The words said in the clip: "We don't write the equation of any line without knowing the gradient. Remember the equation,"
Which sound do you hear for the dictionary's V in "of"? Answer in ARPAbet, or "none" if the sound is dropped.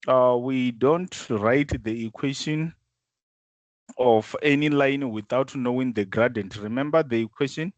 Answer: F